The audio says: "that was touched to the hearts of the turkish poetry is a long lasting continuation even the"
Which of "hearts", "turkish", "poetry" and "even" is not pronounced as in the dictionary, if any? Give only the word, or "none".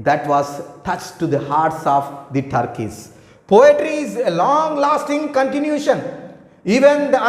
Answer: turkish